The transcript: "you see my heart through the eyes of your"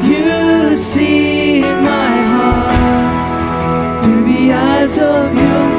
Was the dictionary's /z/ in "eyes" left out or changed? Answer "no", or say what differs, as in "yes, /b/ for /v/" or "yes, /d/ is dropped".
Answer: no